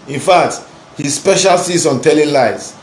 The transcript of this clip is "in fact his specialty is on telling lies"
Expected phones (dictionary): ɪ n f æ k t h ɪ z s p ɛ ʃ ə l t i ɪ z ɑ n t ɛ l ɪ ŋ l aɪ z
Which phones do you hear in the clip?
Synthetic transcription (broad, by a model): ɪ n f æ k t h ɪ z s p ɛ ʃ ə l s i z ɑ n t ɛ l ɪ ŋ l aɪ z